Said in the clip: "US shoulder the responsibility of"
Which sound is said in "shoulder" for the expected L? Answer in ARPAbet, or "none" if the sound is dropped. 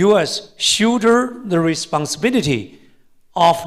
none